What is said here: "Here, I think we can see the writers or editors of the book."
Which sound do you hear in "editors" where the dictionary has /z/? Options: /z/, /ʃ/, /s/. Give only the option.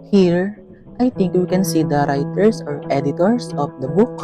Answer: /s/